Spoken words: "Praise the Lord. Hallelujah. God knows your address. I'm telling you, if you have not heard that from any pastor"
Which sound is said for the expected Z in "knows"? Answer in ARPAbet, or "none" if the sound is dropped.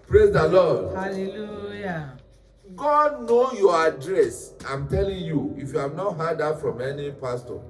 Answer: none